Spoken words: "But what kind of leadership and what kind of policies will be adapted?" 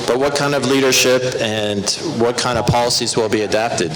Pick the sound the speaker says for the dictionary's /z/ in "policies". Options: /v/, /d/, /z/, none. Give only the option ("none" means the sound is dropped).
/z/